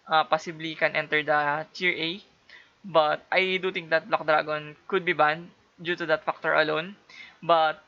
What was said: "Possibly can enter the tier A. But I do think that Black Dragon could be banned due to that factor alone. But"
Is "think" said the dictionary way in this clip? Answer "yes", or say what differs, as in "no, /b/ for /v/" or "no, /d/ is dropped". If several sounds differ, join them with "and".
no, /t/ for /θ/